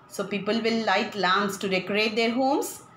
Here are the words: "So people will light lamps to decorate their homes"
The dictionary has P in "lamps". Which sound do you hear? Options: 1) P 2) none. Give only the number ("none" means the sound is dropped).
2